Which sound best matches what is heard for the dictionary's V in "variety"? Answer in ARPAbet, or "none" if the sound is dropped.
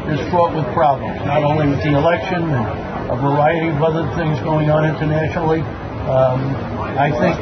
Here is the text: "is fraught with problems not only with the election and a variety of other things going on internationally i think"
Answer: V